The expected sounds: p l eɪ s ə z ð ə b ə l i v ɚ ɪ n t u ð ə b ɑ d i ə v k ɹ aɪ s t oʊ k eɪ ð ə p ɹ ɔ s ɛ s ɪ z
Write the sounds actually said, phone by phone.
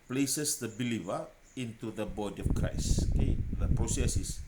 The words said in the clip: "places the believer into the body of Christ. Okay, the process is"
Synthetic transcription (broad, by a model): p l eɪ s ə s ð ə b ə l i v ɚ ɪ n t u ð ə b ɑ d i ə f k ɹ aɪ s oʊ k eɪ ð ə p ɹ ɔ s ɛ s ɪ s